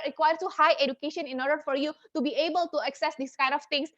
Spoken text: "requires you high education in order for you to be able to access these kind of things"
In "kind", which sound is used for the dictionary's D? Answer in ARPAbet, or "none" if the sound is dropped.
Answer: D